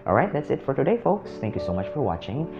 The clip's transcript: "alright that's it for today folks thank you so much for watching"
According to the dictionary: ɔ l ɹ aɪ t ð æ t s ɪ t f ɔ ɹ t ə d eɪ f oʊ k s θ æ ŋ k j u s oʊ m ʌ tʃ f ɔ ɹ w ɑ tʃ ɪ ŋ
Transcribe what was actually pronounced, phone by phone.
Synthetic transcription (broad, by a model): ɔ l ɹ aɪ t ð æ t s ɪ t f ɔ ɹ t ə d eɪ f oʊ k s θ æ ŋ k j u s oʊ m ʌ tʃ f ɔ ɹ w ɑ tʃ ɪ ŋ